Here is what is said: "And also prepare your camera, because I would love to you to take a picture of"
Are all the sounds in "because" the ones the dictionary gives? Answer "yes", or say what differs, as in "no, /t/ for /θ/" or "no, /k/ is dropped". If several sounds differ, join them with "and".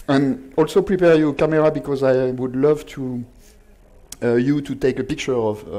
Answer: yes